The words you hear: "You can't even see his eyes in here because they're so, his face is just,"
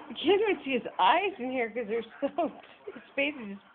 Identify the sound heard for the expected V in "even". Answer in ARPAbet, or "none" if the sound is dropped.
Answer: W